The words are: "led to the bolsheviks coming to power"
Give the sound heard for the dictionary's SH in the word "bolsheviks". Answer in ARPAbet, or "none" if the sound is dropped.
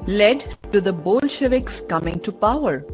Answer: SH